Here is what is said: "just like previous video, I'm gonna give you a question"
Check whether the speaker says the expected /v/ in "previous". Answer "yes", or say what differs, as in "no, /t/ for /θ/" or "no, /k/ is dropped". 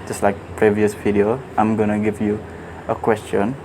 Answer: yes